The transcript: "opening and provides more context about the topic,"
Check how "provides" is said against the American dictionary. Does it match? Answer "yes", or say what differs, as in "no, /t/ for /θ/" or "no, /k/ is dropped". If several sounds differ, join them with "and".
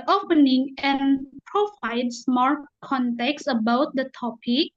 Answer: no, /s/ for /z/